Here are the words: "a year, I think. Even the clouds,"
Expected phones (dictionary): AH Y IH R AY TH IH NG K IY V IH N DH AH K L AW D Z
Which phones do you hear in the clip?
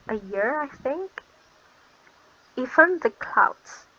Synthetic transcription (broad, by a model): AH Y IH R AY TH IH NG K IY F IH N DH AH K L AW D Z